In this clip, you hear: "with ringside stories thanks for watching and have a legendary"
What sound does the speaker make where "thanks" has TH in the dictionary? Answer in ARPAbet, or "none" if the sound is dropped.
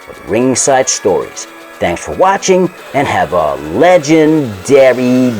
TH